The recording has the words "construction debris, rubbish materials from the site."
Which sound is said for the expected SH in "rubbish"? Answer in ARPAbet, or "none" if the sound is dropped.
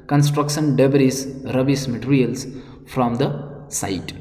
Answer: S